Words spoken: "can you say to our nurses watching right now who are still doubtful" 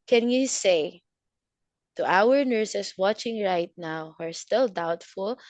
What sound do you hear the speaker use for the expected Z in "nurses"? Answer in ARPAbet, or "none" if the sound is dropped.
S